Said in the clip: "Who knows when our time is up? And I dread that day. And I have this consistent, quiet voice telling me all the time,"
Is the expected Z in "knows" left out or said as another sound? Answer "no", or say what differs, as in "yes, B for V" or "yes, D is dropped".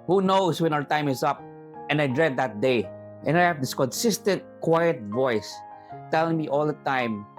yes, S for Z